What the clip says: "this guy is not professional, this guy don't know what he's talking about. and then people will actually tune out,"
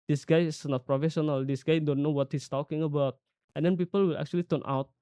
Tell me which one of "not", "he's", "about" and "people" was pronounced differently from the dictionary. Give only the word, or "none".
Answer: he's